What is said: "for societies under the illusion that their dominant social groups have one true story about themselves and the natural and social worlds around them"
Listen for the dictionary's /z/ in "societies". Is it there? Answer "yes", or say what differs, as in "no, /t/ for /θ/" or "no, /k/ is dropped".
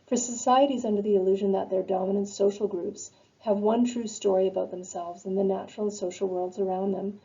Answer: yes